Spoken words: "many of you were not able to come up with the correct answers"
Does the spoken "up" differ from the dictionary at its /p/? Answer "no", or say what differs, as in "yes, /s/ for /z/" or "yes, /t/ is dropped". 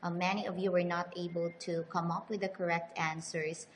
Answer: no